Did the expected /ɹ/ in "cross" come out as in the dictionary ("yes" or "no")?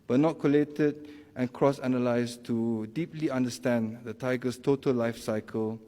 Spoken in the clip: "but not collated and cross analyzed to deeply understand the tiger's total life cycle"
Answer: yes